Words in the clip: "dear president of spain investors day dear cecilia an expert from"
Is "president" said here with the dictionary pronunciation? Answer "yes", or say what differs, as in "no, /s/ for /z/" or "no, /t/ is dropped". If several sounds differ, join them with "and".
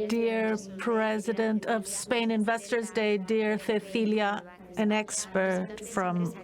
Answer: yes